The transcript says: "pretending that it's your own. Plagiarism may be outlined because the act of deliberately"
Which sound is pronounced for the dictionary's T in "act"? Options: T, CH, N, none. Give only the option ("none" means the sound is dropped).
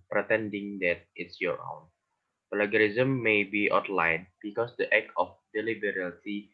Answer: none